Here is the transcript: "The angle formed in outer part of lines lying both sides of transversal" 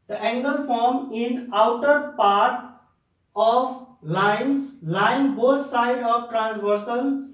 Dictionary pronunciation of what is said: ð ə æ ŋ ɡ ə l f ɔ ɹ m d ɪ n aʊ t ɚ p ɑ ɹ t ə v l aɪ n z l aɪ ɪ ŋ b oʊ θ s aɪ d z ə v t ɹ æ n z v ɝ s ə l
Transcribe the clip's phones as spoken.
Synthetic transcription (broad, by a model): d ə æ ŋ ɡ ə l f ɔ ɹ m ɪ n aʊ t ɚ p ɑ ɹ t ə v l aɪ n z l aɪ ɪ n b oʊ t s aɪ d ə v t ɹ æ n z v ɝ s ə l